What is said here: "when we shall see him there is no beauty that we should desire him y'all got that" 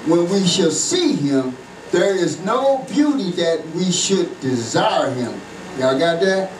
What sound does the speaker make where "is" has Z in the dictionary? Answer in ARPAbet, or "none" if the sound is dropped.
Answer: Z